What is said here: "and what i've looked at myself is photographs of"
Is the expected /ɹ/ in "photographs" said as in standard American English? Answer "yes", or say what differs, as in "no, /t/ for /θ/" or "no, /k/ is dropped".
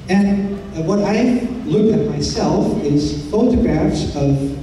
yes